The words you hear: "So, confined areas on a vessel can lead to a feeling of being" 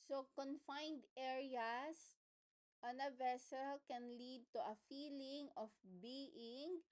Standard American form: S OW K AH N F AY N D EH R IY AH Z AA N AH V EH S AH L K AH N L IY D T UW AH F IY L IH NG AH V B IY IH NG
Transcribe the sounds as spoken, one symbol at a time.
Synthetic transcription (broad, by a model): S OW K AH N F AY N D EH R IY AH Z AA N AH V EH S AH L K AH N L IY D T UW AH F IY L IH NG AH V B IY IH NG